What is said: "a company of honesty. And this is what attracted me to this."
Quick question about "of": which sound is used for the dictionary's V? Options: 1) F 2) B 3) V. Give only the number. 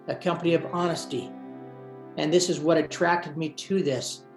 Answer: 3